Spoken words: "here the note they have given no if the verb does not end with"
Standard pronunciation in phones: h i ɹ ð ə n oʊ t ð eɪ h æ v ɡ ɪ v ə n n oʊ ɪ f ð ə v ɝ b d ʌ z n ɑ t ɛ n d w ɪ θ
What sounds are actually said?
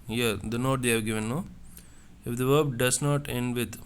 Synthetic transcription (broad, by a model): h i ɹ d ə n oʊ t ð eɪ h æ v ɡ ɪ v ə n n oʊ ɪ f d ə v ɝ b d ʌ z n ɑ t ɛ n d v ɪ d